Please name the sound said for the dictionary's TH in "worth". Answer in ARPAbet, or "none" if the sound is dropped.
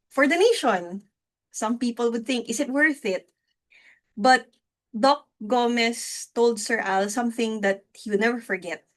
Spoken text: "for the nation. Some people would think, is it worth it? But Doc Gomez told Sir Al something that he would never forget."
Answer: TH